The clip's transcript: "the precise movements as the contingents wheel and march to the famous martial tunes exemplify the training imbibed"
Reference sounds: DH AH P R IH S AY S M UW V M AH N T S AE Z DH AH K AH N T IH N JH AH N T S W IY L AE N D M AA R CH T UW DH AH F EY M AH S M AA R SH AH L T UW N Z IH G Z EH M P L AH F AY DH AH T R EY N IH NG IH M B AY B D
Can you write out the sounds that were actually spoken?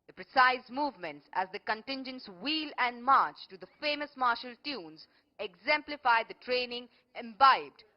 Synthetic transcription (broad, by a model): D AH P R IH S AY S M UW V M AH N T S AE Z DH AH K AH N T IH N JH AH N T S W IY L AE N D M AA R CH T UW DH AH F EY M AH S M AA R SH AH L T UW N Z IH G Z EH M P L AH F AY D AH T R EY N IH NG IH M B AY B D